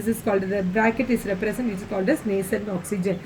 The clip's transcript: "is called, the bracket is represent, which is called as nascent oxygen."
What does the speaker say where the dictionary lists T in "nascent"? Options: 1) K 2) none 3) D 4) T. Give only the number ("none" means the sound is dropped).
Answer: 2